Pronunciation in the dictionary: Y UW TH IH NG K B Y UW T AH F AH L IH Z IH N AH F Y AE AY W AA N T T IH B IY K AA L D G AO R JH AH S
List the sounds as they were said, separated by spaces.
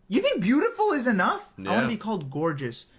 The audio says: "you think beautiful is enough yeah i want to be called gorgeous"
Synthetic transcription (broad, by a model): Y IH TH IH NG K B Y UW T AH F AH L IH Z IH N AH F AY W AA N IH B IY K AA L D G AO R JH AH S